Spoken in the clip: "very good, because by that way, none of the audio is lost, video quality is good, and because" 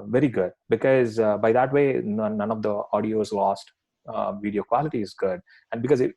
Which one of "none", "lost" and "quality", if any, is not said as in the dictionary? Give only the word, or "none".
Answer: none